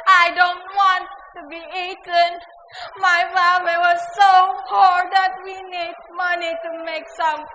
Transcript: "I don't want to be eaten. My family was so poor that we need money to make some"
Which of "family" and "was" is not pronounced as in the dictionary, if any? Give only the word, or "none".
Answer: family